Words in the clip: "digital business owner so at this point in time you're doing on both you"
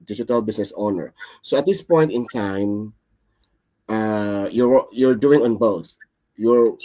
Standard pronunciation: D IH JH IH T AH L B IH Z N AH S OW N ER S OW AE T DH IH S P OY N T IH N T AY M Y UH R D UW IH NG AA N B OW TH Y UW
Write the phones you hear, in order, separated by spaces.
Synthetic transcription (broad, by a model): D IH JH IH T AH L B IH S N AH S OW N ER S OW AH T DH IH S P OY N T IH N T AY M Y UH R D UW IH NG AA N B OW TH Y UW